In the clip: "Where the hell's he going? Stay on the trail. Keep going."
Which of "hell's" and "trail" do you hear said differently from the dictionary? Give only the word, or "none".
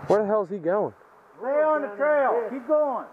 hell's